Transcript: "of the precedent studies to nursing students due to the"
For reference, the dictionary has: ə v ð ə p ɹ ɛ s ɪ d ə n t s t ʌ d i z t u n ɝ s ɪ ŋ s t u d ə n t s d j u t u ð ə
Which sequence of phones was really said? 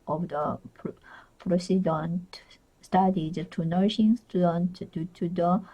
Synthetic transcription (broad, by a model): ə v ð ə p ɹ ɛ s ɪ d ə n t s t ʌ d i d t u n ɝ ʃ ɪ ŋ s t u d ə n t d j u t u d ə